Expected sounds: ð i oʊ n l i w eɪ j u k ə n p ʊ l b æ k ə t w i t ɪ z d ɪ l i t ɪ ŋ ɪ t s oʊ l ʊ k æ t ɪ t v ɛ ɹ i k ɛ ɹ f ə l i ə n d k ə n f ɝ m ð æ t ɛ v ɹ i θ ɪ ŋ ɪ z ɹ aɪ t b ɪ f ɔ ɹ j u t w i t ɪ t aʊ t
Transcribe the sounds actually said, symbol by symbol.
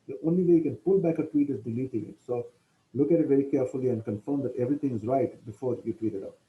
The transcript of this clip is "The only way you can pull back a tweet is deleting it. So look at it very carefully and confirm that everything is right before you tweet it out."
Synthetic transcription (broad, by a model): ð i oʊ n l i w eɪ j u k ə n p ʊ l b æ k ə t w i t ɪ z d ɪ l i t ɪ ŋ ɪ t s oʊ l ʊ k æ t ɪ t v ɛ ɹ i k ɛ ɹ f ə l i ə n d k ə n f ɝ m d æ t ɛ v ɹ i t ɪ ŋ ɪ z ɹ aɪ t b ɪ f ɔ ɹ j u t w i t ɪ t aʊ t